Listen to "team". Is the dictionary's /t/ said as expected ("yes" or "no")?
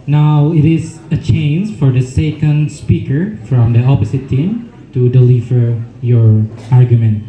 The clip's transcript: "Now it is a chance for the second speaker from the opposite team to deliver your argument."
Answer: yes